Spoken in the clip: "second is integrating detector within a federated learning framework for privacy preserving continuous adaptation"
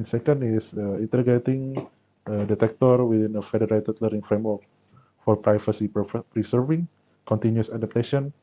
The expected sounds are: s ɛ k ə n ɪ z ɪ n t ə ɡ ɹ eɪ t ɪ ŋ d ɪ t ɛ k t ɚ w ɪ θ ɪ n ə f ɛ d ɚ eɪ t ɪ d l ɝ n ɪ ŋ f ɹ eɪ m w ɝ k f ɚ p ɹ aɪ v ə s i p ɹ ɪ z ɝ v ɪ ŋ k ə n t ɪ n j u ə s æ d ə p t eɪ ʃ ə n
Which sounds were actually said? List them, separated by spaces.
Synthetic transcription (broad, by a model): s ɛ k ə n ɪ s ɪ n t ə ɡ eɪ t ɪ ŋ d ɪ t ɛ k t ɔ w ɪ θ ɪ n ə f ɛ d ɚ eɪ t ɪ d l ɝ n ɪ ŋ f ɹ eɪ m w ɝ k f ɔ p ɹ aɪ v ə s i p ɹ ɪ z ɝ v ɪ ŋ k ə n t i n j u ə s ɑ d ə p t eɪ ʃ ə n